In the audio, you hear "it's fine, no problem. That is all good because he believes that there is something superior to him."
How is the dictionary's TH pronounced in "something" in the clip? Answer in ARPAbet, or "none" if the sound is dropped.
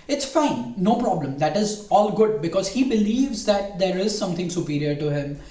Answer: T